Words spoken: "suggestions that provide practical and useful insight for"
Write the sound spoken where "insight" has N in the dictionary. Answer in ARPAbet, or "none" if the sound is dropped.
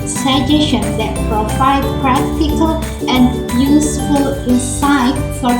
none